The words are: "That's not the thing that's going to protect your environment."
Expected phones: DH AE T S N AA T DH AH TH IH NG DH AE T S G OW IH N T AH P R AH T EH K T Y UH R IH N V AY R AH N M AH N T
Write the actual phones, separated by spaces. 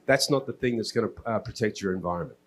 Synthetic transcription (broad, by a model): DH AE T S N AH T DH AH TH IH NG DH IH T S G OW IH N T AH P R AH T EH K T Y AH R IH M V AY R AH N M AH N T